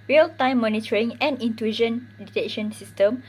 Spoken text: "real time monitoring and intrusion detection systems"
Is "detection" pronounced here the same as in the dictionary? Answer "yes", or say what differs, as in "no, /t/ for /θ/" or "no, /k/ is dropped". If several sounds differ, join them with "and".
no, /k/ is dropped